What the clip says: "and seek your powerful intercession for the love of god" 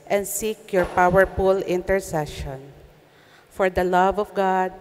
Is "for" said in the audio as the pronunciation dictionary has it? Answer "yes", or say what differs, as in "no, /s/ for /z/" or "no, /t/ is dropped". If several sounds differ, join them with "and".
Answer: yes